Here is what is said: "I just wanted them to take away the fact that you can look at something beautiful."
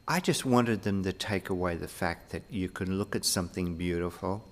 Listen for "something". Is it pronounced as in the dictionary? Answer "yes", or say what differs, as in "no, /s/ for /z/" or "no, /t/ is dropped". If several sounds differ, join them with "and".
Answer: yes